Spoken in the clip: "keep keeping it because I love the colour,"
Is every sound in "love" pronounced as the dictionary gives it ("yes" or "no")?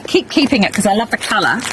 yes